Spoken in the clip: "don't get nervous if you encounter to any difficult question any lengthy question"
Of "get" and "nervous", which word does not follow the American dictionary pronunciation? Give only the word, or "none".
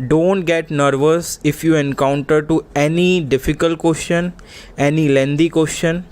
none